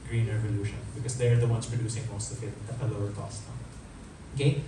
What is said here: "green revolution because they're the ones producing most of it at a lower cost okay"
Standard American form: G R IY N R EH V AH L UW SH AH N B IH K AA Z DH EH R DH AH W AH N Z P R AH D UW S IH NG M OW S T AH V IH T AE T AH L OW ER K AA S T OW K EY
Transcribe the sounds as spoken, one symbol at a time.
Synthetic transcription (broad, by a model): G R IY N R EH V AH L UW SH AH N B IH K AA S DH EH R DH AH W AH N S P R AH D UW S IH NG M OW S T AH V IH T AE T AH L OW ER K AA S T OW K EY